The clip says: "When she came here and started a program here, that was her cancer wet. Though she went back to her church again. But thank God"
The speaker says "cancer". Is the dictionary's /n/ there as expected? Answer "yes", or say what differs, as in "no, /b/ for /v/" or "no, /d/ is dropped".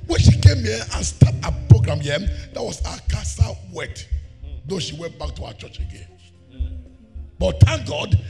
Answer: no, /n/ is dropped